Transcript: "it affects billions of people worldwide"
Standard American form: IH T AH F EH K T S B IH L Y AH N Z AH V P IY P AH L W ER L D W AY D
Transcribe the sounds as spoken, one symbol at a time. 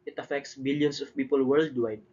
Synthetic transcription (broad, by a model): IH T AH F EH K T S B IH L Y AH N S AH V P IY P AH L W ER L D W AY D